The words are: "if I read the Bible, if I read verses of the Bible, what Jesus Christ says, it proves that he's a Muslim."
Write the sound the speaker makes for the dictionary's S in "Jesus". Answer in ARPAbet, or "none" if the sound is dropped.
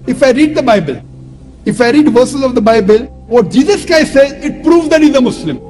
S